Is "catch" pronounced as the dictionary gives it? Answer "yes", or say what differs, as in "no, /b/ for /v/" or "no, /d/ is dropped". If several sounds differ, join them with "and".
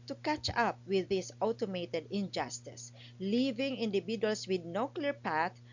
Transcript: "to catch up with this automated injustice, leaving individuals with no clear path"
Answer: yes